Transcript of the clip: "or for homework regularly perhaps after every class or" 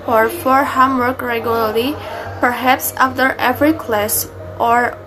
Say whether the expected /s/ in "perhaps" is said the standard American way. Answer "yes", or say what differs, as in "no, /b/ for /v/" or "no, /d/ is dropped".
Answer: yes